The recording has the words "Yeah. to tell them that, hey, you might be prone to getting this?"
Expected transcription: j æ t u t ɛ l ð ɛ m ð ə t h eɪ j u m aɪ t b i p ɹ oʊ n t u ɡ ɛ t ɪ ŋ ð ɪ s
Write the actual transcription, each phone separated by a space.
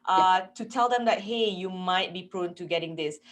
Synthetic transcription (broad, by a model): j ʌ t u t ɛ l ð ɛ m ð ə t h eɪ j u m aɪ t b i p ɹ oʊ n t u ɡ ɛ t ɪ ŋ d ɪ s